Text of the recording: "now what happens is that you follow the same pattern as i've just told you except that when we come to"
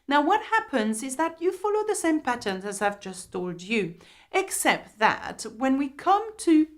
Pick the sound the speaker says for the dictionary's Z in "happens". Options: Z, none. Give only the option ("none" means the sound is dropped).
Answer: Z